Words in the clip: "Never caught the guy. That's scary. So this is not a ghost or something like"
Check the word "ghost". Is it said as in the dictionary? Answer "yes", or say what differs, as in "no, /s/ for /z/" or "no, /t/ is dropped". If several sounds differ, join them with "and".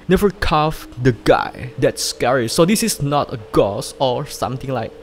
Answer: no, /t/ is dropped